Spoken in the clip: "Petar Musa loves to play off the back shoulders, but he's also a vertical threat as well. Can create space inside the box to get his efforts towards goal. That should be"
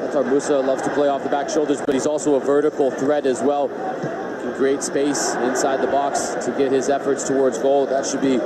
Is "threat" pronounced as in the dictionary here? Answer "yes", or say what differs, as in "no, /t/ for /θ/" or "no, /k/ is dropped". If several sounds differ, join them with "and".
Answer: yes